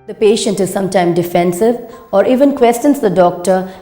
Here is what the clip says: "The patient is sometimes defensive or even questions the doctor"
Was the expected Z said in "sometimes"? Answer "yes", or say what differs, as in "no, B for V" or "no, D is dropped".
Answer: no, Z is dropped